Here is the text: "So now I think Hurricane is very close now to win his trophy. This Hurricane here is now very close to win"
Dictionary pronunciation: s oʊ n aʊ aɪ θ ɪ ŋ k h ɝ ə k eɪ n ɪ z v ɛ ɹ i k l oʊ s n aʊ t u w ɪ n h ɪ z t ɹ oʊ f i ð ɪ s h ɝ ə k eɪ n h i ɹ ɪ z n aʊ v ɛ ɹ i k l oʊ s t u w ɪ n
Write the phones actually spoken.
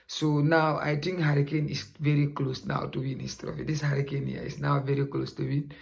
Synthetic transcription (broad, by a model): s oʊ n aʊ aɪ t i ŋ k h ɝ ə k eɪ n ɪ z v ɛ ɹ i k l oʊ s n aʊ t u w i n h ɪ s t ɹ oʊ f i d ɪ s h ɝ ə k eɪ n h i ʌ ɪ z n aʊ v ɛ ɹ i k l oʊ s t u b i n